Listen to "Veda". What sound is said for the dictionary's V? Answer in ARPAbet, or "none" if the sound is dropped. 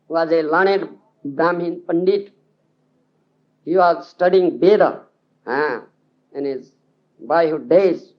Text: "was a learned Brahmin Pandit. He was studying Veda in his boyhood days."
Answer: B